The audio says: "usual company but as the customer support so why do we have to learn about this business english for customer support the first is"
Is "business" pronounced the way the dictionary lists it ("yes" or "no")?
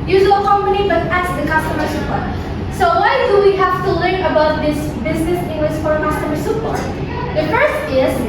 yes